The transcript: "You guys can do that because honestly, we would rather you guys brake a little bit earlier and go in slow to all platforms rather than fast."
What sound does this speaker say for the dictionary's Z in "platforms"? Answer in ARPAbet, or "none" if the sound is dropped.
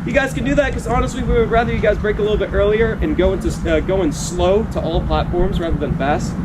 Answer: Z